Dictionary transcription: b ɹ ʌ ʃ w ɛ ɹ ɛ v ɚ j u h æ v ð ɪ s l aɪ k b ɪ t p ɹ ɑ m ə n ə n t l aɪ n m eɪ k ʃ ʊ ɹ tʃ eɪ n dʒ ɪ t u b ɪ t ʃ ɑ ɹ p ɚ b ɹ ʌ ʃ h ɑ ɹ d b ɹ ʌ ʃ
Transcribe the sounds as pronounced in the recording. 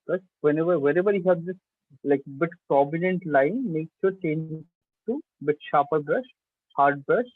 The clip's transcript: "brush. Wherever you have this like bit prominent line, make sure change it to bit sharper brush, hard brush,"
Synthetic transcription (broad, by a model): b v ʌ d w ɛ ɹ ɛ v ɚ j u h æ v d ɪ s l aɪ k b ɪ t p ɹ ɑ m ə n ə n t l aɪ n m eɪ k s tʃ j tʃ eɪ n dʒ ɪ t u b ɪ t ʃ ɑ p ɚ b ɹ ʌ ʃ h ɑ ɹ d b ɹ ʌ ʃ